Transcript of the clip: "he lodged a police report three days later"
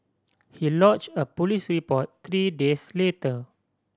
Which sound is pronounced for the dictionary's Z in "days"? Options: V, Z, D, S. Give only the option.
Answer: S